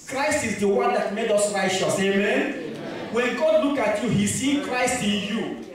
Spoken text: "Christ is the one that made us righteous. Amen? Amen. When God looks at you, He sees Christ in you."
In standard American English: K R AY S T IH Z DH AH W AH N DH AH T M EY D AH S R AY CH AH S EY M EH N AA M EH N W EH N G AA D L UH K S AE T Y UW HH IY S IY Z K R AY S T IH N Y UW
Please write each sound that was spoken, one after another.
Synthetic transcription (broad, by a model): K R AY S T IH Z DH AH W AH N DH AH T M EY D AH S R AY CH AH S EY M M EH N W EH N G AA D L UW K AA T Y UW HH IY S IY K R AY S T IH N Y UW